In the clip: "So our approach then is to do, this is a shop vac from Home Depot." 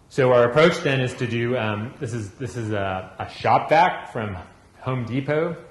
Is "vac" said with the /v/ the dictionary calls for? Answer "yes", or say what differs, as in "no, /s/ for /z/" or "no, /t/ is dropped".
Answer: no, /b/ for /v/